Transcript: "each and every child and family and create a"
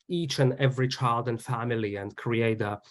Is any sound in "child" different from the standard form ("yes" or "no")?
no